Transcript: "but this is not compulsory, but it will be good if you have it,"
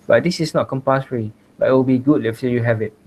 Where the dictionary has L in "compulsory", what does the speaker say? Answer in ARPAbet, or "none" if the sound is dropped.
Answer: none